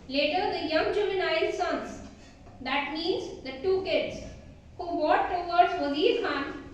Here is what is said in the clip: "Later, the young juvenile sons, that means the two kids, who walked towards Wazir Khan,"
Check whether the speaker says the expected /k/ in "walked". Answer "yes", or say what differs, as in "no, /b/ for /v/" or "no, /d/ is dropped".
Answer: no, /k/ is dropped